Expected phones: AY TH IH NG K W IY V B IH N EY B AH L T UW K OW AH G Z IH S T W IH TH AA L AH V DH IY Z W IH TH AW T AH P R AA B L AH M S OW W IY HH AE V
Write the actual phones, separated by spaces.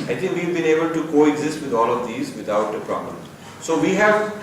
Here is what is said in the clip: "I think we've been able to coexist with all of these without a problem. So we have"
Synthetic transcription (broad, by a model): AY T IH NG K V IY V B IH N EY B AH L T UW K OW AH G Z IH S T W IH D AA L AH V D IY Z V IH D AW T AH P R AA B L AH M S OW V IY HH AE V